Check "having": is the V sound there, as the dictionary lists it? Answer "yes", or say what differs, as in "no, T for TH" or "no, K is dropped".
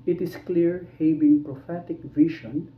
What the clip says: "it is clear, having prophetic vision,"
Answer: no, B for V